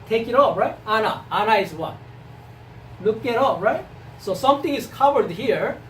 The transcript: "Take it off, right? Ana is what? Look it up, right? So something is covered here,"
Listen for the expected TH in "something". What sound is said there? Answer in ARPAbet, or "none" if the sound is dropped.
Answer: T